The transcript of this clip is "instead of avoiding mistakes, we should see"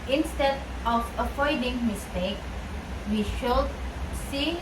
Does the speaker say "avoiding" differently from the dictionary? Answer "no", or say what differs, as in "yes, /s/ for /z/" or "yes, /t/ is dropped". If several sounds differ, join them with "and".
yes, /f/ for /v/